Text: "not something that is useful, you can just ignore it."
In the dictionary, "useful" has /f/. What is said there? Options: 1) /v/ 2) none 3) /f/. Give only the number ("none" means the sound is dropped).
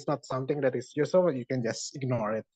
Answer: 2